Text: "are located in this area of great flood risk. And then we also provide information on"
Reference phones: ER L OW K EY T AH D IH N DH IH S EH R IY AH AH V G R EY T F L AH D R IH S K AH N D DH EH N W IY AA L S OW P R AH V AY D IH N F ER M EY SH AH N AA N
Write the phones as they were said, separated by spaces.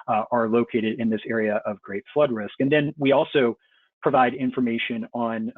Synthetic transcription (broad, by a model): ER L OW K EY T AH D IH N DH IH S EH R IY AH AH V G R EY T F L AH D R IH S K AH N DH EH N W IY AA L S OW P R AH V AY D IH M F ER M EY SH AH N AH N